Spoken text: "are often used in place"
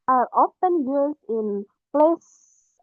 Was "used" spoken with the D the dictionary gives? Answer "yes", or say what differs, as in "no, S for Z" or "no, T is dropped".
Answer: no, D is dropped